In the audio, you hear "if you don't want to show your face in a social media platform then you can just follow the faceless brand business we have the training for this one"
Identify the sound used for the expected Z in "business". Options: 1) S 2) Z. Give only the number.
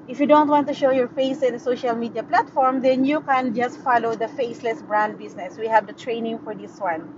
1